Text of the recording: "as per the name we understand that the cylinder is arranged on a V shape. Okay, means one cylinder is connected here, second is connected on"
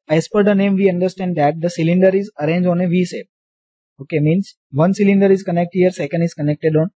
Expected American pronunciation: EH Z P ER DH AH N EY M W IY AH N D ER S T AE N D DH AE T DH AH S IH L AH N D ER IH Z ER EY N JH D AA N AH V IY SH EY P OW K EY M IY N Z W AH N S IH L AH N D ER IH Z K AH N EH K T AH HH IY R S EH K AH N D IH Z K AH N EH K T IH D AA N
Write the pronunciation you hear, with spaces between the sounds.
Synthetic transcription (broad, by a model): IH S P ER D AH N EY M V IY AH N D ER S T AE N D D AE T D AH S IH L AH N D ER IH Z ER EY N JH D AA N AH V IY S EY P OW K EY M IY N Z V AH N S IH L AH N D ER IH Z K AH N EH K T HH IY R S EH K AH N D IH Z K AH N EH K T IH D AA N